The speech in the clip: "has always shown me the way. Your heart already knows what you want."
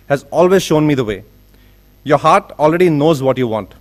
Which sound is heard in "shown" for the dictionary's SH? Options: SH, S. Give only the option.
SH